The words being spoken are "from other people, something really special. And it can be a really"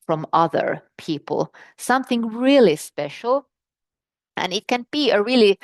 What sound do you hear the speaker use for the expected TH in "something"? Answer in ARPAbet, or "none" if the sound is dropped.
TH